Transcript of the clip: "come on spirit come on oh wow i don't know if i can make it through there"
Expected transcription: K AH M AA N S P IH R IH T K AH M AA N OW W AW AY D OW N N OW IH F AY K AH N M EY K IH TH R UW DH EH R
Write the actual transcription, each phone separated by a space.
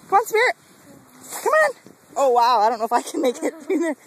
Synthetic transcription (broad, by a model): K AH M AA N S B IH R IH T K AH M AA N OW W AW AY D OW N N OW IH F AY K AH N M EY K IH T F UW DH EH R